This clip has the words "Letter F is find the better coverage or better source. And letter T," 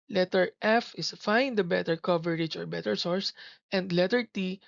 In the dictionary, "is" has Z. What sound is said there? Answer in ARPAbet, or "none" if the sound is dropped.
S